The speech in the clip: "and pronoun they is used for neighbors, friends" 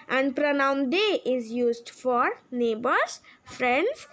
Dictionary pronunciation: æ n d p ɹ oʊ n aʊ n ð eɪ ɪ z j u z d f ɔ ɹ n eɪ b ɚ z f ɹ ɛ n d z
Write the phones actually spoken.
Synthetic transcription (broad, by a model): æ n d p ɹ oʊ n aʊ n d eɪ ɪ z j u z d f ɔ ɹ n eɪ b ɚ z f ɹ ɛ n d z